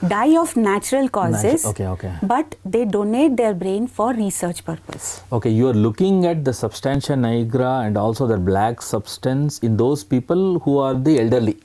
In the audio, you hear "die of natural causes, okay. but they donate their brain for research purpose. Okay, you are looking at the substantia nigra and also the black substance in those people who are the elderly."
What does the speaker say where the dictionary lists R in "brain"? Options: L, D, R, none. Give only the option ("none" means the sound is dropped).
R